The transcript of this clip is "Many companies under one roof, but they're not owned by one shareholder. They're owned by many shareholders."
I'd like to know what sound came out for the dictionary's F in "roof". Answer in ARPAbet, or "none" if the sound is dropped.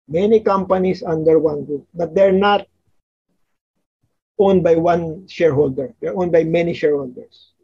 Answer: P